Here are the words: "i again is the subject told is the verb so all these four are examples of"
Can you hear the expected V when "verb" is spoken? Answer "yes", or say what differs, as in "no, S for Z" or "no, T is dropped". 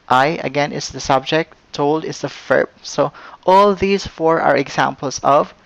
no, F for V